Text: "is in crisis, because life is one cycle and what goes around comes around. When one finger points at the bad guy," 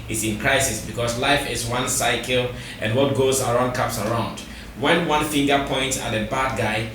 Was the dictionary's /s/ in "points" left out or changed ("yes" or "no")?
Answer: no